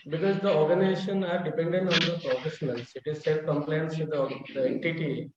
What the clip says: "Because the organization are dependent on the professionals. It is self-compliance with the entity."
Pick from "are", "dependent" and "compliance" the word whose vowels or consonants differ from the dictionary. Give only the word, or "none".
none